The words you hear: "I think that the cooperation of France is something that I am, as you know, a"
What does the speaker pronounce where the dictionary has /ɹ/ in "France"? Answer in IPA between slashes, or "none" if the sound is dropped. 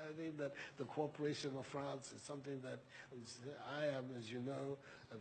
/ɹ/